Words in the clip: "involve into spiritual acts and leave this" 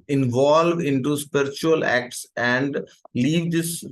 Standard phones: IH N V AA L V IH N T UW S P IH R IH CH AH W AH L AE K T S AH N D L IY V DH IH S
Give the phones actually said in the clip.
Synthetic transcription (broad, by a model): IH N V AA L V IH N T UW S P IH R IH CH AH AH L AE K T S AH N D L IY V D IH S